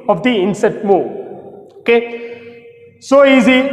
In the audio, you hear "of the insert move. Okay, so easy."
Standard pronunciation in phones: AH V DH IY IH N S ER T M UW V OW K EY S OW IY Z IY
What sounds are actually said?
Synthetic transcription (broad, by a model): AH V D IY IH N S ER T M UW OW K EY S OW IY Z IY